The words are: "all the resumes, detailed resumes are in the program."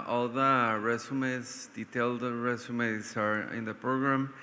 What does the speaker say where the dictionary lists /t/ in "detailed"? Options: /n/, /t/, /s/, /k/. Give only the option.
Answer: /t/